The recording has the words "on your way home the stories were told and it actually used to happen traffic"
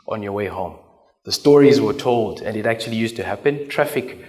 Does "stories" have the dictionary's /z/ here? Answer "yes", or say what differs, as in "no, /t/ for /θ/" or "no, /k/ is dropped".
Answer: yes